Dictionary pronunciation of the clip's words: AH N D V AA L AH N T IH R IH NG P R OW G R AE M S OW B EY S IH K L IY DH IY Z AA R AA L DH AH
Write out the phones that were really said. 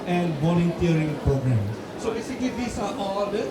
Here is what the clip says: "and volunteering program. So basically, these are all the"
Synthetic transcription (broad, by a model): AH N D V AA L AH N T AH R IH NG P R OW G R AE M S OW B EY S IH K IY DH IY S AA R AA L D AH